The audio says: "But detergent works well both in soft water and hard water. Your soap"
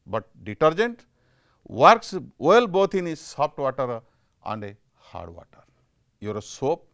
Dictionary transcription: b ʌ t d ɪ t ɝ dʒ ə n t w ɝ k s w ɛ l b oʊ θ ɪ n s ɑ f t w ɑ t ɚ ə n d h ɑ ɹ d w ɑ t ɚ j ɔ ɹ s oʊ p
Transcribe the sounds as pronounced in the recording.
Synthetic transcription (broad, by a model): b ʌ t d ɪ t ɝ dʒ ə n t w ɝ k s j l b oʊ t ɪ n s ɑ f t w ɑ t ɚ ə n d h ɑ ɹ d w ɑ t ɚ j ɔ ɹ s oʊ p